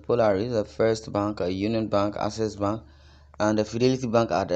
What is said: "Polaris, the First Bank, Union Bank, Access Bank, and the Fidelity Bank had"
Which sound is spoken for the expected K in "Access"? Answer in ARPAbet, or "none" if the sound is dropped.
none